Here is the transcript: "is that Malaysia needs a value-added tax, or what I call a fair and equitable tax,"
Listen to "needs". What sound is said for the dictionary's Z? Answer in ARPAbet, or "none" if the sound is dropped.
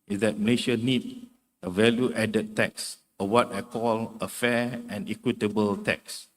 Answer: none